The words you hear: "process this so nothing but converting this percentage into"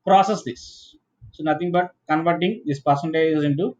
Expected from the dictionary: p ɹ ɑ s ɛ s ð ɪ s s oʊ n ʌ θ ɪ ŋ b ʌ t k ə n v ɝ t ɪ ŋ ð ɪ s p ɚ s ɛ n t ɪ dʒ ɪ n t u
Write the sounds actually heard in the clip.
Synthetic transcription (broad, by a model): p ɹ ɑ s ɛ s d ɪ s s oʊ n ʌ t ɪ ŋ b ʌ t k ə n v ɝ t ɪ ŋ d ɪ s p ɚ s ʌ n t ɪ z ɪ n t u